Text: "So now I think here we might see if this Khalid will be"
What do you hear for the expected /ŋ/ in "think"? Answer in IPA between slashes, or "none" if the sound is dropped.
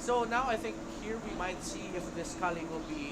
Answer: /ŋ/